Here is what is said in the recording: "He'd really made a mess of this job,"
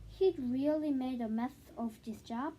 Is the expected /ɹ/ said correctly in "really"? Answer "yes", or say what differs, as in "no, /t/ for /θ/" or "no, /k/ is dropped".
yes